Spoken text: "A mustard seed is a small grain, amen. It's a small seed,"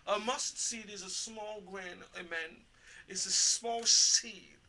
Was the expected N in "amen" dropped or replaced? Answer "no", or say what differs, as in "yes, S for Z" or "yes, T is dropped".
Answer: no